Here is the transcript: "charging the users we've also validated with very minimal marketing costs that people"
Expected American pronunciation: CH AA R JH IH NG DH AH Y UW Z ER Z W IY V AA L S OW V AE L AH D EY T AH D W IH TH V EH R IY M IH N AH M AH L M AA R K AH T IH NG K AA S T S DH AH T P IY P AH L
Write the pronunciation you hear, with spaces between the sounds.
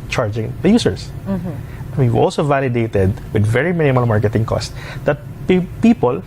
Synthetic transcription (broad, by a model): CH AA R JH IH NG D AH Y UW S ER S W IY W AA L S OW V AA L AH D EY T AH D W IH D V EH R IY M IH N AH M AH L M AA R K AH T IH NG K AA S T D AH T P IY P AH L